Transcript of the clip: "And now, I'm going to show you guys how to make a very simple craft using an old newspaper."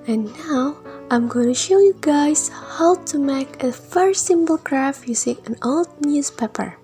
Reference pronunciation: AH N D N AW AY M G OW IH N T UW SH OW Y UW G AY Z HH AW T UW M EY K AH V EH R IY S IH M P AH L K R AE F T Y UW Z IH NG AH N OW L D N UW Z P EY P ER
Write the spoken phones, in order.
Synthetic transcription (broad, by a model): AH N N AW AY M G OW IH N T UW SH OW Y UW G AY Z HH AW T UW M EY K AH F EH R S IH M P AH L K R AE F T Y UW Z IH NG AH N OW L D N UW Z P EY P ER